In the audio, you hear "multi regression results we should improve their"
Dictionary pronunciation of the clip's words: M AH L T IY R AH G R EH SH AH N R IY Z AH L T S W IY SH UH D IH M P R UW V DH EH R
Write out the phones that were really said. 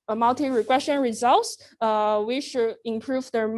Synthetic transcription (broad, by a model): M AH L T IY R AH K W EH S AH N R IY Z AH L T S W IY SH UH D IH M P R UW V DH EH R